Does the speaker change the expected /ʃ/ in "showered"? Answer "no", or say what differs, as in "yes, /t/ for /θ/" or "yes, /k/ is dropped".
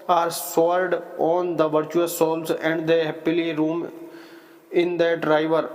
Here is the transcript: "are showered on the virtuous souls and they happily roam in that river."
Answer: yes, /s/ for /ʃ/